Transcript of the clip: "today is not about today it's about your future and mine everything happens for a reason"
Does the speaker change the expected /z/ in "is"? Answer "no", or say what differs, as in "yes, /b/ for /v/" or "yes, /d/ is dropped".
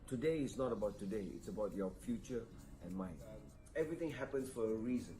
yes, /s/ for /z/